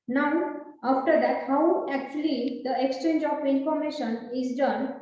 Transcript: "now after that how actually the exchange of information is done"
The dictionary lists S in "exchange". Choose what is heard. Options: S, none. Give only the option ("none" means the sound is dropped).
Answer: S